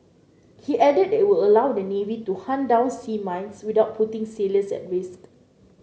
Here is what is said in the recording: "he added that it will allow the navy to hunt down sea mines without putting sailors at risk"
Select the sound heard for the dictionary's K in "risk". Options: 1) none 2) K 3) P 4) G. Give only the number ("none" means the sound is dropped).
1